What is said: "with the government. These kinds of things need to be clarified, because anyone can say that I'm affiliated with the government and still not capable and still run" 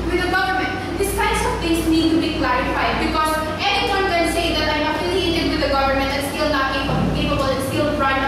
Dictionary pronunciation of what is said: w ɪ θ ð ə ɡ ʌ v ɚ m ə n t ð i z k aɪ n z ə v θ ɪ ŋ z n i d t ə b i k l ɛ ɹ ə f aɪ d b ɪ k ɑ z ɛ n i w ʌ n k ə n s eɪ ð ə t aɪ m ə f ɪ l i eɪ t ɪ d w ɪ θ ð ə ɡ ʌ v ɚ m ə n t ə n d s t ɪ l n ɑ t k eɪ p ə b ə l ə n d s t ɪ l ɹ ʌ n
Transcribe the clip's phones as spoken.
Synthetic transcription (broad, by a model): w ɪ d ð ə ɡ ʌ v ɚ m ə n t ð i s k aɪ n s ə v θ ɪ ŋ s n i d t ə b i k l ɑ ɹ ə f aɪ d b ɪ k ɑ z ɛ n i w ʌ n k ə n s eɪ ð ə t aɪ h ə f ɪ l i eɪ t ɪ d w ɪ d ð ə ɡ ʌ v ɚ m ə n t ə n s t ɪ l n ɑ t k eɪ p ə b ə l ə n s t ɪ l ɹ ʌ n